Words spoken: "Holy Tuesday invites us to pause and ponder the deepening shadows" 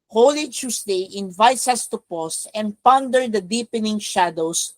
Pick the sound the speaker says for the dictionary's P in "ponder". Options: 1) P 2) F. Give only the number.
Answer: 1